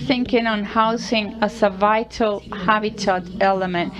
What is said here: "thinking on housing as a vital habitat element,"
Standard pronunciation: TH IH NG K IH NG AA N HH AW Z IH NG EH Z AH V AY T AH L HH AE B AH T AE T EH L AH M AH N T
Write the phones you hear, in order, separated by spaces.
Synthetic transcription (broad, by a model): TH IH NG K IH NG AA N HH AW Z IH NG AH S AH V AY T AH L HH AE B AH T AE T EH L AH M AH N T